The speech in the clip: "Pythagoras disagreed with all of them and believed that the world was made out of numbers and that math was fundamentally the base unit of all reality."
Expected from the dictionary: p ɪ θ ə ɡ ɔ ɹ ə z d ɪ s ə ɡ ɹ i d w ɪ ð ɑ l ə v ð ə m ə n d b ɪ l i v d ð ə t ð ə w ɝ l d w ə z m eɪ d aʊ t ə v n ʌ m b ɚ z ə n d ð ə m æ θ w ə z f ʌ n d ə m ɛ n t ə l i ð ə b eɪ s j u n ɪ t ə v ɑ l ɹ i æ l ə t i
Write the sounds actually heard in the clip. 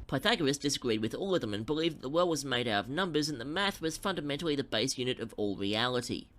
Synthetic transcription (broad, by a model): p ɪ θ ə ɡ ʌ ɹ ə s d ɪ s ə ɡ ɹ i d w ɪ ð ɑ l ə v ð ə m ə n b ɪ l i v ð ə t ð ə w ɝ l d w ə z m eɪ d aʊ t ə v n ʌ m b ɚ z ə n ð ə m æ θ w ə z f ʌ n d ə m ɛ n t l i ð ə b eɪ s j u n ɪ t ə v ɑ l ɹ i æ l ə t i